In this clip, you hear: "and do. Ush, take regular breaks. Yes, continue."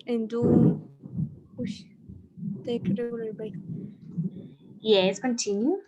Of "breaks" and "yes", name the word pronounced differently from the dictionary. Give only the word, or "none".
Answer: breaks